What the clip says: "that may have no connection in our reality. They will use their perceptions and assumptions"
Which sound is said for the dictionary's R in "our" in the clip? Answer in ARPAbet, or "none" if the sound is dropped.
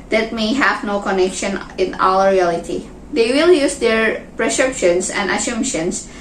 L